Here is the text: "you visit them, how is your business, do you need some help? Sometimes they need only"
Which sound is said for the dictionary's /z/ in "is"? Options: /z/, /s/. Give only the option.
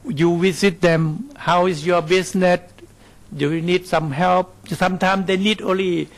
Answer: /s/